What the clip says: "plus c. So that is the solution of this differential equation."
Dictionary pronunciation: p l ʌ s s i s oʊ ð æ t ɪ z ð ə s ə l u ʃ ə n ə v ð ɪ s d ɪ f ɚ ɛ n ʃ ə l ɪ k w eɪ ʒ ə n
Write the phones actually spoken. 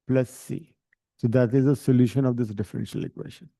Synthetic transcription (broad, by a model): p l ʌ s s i s oʊ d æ t ɪ z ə s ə l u ʃ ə n ə v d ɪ s d ɪ f ɚ ɛ n ʃ ə l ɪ k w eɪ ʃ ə n